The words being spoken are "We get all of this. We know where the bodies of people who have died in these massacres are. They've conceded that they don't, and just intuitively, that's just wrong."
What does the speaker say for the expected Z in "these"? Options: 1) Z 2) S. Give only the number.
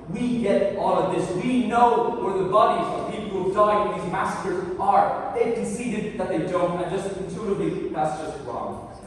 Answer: 1